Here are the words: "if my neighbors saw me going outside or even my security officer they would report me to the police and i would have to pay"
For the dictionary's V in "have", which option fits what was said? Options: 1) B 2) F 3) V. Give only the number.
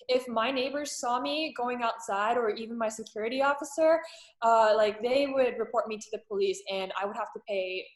2